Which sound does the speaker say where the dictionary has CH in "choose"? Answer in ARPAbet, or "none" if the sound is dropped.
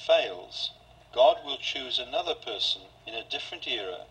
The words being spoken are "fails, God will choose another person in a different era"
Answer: CH